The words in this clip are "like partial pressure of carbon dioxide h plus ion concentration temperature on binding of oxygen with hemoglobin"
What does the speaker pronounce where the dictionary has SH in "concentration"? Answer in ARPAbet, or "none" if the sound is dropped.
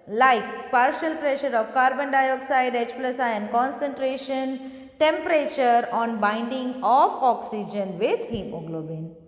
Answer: SH